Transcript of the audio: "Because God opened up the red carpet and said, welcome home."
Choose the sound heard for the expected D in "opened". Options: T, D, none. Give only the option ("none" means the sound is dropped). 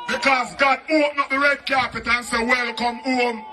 none